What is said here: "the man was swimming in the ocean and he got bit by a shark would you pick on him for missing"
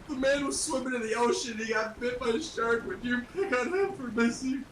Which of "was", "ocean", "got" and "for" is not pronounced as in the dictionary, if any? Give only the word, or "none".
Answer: ocean